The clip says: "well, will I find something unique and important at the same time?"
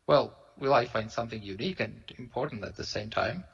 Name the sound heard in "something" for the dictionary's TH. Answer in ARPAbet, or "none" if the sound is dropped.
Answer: TH